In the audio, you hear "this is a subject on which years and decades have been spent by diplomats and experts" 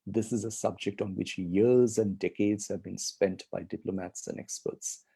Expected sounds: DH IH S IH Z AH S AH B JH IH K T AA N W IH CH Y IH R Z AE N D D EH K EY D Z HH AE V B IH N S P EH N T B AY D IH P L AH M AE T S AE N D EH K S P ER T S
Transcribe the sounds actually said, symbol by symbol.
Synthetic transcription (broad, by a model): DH IH S IH Z AH S AH B JH IH K T AA N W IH CH Y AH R Z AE N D D EH K EY D Z HH AE V B IH N S P EH N T B AY D IH P L AH M AE T S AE N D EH K S P ER T S